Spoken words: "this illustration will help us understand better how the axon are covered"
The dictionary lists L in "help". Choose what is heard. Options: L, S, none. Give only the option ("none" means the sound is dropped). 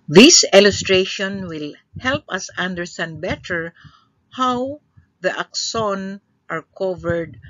L